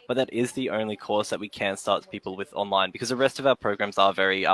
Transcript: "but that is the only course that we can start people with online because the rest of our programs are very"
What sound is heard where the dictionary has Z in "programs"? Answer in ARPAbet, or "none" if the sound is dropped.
Z